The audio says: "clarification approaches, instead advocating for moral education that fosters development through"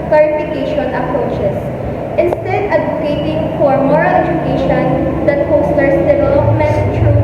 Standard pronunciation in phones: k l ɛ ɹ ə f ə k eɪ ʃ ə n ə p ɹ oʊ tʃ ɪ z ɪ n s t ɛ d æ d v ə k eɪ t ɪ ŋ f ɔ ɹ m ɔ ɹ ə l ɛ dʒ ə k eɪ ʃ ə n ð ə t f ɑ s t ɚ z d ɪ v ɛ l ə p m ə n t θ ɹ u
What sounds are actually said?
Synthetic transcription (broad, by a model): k l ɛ ɹ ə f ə k eɪ ʃ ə n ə p ɹ oʊ tʃ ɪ s ɪ n s t ɛ d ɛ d ə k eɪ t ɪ ŋ f ɔ ɹ m ɔ ɹ ə l ɛ dʒ ə k eɪ ʃ ə n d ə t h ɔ s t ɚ s d ɪ v ɛ l ə p m ə n t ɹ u